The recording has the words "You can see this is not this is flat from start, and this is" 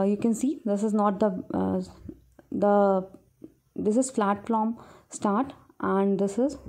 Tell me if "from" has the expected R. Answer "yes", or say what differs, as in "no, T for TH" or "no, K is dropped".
no, L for R